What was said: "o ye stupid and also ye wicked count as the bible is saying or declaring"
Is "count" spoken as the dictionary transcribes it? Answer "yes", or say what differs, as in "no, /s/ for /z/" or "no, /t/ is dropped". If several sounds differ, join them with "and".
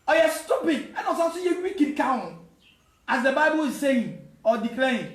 no, /t/ is dropped